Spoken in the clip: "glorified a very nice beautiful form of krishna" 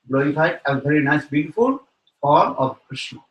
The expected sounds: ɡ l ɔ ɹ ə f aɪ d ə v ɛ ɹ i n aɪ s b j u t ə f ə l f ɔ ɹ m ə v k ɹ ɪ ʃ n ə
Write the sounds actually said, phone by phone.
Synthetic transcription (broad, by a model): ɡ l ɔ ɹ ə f aɪ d ə v ɛ ɹ i n aɪ s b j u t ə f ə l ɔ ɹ ə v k ɹ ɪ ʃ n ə